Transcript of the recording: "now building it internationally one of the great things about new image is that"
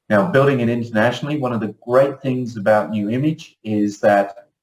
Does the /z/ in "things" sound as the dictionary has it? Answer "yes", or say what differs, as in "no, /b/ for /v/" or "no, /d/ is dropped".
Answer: yes